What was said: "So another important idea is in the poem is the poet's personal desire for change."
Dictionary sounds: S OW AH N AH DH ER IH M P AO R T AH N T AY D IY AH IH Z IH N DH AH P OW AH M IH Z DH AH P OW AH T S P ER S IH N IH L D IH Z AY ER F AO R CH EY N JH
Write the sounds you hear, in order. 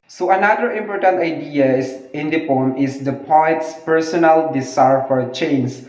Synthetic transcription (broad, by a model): S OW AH N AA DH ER IH M P AO R T AH N T AY D IY AH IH S IH N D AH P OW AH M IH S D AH P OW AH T S P ER S IH N IH L D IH S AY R F AO R CH EY N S